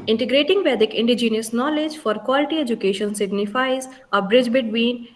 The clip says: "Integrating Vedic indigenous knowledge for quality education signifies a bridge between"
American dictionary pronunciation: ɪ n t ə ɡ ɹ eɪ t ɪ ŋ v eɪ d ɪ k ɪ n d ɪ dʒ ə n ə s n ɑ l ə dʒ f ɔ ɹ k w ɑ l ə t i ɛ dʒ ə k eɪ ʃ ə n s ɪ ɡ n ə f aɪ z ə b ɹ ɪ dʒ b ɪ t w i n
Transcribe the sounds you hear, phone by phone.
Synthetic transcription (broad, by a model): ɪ n t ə ɡ ɹ eɪ t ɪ ŋ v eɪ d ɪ k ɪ n d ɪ dʒ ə n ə s n ɑ l ə dʒ f ɔ ɹ k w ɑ l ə t i ɛ dʒ ə k eɪ ʃ ə n s ɪ ɡ n ə f aɪ z ə b ɹ ɪ dʒ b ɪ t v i n